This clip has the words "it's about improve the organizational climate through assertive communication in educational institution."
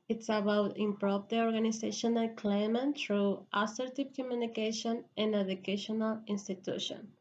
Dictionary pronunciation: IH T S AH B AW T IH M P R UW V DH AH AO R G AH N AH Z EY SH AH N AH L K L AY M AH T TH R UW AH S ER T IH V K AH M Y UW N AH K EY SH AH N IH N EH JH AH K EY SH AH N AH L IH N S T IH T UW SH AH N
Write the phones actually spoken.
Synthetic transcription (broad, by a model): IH T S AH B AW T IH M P R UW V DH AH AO R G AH N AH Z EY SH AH N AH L K L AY M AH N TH R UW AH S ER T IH P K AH M Y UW N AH K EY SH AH N IH N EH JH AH K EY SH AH N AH L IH N S T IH T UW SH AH N